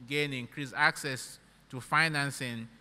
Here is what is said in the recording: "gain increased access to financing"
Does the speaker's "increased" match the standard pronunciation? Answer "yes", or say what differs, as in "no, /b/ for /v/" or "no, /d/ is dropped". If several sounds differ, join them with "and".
no, /t/ is dropped